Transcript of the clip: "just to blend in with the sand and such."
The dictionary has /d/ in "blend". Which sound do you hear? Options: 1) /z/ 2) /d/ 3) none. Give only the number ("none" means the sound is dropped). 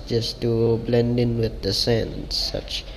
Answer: 2